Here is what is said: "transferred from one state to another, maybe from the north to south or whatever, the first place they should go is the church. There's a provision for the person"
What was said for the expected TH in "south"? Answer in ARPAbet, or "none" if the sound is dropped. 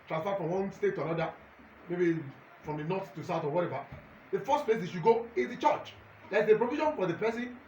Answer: T